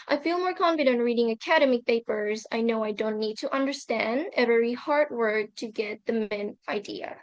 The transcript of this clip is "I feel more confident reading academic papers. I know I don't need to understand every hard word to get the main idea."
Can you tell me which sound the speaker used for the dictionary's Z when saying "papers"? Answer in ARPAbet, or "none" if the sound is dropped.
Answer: Z